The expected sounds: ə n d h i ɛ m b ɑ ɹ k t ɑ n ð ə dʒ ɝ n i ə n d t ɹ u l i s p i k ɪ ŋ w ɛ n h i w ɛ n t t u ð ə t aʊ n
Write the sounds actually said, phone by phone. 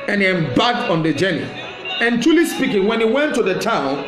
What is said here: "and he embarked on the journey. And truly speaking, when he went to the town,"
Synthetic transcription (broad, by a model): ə n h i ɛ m b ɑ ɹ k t ɑ n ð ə dʒ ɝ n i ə n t u l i s p i k ɪ ŋ w ɛ n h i w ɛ n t t u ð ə t aʊ n